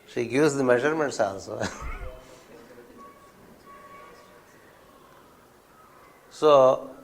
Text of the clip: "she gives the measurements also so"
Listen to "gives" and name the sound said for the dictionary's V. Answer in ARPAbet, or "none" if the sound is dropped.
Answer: none